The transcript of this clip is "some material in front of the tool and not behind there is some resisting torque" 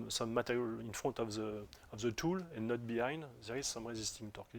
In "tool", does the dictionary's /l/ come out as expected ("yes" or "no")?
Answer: yes